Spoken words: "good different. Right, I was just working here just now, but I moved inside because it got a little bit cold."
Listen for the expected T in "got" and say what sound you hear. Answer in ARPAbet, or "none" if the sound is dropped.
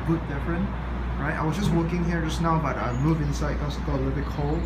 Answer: none